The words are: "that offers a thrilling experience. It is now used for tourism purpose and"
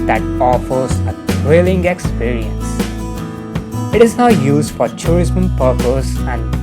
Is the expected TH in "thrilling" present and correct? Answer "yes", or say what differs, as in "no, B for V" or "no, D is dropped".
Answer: no, T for TH